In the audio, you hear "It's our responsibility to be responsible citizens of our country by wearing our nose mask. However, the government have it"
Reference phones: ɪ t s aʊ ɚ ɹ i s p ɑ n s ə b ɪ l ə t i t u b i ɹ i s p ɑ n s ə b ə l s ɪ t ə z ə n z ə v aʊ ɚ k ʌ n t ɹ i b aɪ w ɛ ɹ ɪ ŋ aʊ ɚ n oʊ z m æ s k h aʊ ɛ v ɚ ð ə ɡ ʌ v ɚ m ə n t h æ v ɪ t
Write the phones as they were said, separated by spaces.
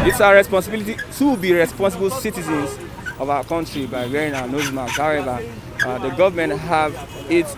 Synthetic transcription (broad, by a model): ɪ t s aʊ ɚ ɹ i s p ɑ n s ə b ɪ l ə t i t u b i ɹ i s p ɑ n s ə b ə l s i t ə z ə n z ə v aʊ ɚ k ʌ n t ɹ i b aɪ w ɛ ɹ ɪ ŋ aʊ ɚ n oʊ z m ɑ k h aʊ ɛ v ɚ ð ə ɡ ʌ v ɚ m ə n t h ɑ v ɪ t